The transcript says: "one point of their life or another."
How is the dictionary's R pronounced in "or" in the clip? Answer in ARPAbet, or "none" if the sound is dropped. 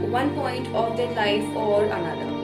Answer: L